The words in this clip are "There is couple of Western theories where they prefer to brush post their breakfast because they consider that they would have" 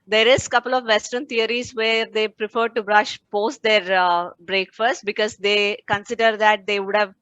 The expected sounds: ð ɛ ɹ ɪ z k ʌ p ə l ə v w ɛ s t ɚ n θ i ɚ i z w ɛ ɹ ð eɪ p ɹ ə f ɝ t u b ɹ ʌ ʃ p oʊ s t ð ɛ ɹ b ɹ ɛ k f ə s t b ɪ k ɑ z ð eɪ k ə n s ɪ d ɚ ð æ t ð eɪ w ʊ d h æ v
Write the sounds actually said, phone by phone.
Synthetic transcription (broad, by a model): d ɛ ɹ ɪ z k ʌ p ə l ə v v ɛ s t ɚ n t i ɚ i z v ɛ ɹ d eɪ p ɹ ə f ɝ t u b ɹ ʌ ʃ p oʊ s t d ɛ ɹ b ɹ ɛ k f ə s t b ɪ k ɑ z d eɪ k ə n s ɪ d ɚ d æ t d eɪ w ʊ d h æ v